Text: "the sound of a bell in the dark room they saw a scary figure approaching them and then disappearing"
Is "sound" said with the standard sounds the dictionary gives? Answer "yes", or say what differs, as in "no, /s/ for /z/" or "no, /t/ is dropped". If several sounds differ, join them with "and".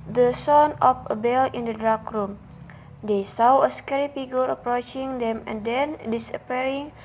no, /d/ is dropped